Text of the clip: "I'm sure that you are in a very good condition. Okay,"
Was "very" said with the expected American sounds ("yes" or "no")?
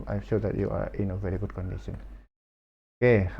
yes